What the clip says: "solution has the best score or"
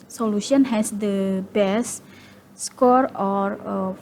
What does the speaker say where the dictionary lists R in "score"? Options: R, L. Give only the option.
R